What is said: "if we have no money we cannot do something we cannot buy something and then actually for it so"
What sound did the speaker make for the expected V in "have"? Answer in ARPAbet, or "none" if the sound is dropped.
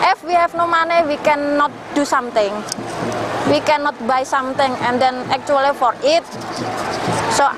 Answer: F